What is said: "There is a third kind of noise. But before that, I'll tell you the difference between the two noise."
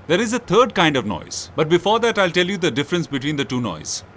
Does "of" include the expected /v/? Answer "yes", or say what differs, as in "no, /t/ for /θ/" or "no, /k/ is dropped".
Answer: yes